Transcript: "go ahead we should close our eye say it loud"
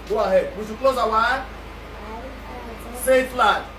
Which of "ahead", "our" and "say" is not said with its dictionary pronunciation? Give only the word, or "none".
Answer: our